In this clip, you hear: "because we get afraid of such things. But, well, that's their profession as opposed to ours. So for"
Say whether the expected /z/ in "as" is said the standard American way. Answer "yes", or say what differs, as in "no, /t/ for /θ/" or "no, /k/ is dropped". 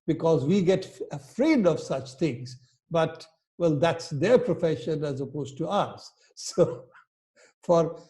yes